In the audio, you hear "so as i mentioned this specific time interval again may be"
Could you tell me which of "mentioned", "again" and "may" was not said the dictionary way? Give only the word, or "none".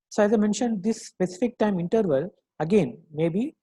none